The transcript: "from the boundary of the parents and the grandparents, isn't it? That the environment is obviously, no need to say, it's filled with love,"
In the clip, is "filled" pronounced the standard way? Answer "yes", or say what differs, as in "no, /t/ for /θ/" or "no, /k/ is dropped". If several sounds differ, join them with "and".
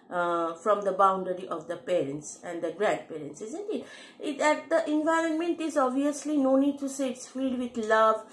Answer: no, /l/ is dropped